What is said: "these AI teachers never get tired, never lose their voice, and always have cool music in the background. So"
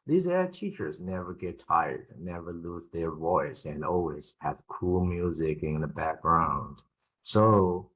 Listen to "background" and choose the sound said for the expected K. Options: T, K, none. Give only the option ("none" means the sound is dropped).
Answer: K